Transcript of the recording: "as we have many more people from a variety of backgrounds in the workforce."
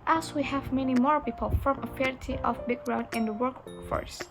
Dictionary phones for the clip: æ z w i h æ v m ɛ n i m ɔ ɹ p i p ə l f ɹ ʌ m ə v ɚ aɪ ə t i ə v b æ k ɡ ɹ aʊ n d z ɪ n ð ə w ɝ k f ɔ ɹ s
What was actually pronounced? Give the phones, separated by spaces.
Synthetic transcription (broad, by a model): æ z w i h æ v m ɛ n i m ɔ ɹ p i p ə l f ɹ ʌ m ə f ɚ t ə t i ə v b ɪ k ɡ ɹ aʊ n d ɪ n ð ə w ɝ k f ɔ ɹ s